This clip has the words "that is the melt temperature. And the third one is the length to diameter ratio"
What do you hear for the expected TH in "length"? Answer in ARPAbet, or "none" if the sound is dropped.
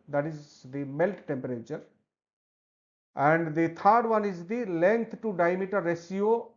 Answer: T